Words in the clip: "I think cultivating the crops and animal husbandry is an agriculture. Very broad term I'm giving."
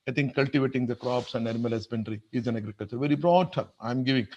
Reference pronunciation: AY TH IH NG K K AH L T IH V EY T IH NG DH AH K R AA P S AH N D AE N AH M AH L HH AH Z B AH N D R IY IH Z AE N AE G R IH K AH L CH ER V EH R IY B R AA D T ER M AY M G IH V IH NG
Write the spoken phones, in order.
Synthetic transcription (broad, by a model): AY T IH NG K K AH L T IH V EY T IH NG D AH K R AA P S AH N D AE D M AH L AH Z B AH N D R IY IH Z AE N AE G R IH K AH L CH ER V EH R IY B R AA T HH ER AY M G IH V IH NG